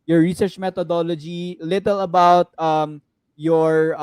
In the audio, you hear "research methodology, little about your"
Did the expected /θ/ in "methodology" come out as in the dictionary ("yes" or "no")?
no